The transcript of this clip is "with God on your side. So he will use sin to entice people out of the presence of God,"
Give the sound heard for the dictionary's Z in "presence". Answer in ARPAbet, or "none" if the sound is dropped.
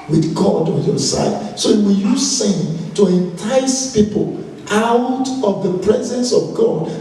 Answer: Z